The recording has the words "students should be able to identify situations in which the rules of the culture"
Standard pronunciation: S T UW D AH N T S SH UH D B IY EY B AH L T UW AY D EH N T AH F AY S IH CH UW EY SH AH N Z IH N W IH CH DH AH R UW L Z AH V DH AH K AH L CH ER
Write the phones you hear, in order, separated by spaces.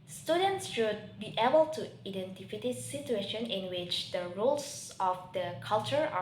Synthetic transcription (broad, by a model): S T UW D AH N T S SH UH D B IY EY B AH L T UW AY D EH N T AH F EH S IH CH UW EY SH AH N IH N W IH CH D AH R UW L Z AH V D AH K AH L CH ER